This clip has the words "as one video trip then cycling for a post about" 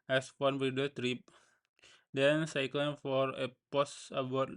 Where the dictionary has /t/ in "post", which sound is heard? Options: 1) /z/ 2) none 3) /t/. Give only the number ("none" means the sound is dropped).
2